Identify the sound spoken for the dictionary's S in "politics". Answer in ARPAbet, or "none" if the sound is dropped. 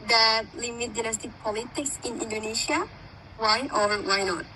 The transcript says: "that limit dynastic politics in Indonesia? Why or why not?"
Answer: S